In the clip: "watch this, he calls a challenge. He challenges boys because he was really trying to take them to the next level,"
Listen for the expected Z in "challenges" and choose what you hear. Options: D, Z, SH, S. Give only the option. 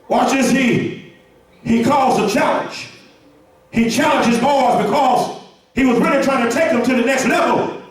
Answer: Z